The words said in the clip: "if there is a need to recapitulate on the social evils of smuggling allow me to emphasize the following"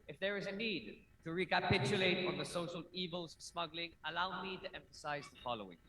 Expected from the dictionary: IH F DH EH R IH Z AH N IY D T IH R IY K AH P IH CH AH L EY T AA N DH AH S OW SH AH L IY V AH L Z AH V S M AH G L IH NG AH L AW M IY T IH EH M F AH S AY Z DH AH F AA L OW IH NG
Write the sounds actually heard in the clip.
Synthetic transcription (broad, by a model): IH F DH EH R IH Z AH N IY D T IH R IY K AH P IH CH AH L EY T AA N DH AH S OW SH AH L IY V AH L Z S M AH G L IH NG AH L AW M IY T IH EH M F AH S AY Z DH AH F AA L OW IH NG